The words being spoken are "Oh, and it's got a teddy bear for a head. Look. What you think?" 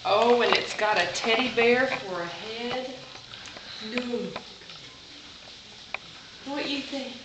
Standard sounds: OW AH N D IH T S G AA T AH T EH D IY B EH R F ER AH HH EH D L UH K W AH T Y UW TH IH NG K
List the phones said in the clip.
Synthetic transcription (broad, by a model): OW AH N IH T S G AA T AH T EH D IY B EH R F ER AH HH EH D N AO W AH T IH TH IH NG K